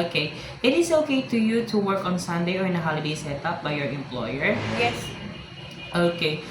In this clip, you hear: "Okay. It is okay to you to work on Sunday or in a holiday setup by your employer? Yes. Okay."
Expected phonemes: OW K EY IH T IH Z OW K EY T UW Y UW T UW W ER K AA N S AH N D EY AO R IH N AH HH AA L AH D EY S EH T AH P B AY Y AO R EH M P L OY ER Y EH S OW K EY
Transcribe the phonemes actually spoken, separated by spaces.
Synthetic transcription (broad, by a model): K EY IH T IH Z OW K EY T UW Y UW T UW W ER K AA N S AH N D EY AO R IH N AH HH AA L AH D EY S EH T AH P B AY Y AO R EH M P L OY ER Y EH S OW K EY